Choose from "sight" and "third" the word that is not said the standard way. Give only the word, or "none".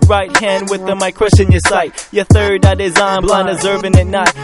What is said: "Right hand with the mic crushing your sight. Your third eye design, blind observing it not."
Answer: none